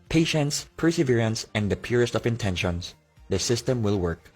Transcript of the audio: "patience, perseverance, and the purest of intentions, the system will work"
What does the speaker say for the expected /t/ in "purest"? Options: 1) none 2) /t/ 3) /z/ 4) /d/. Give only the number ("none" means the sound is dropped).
2